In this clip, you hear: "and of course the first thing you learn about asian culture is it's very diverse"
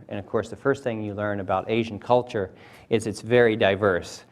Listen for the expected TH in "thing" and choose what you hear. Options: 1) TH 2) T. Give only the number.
1